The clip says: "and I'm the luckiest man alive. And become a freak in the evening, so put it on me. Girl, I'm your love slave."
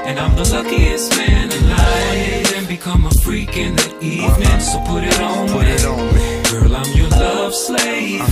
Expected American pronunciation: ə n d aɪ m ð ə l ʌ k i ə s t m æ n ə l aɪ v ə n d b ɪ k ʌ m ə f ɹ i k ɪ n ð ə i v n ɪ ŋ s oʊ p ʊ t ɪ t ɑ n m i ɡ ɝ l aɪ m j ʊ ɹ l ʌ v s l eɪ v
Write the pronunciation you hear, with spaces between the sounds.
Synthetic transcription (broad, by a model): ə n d aɪ m ð ə l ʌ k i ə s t m æ n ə n aɪ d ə n b ɪ k ʌ m ə f ɹ i k ɪ n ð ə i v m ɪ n s oʊ p ʊ t ɪ t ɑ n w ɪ ɡ ɝ l aɪ m j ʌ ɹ l ʌ v s l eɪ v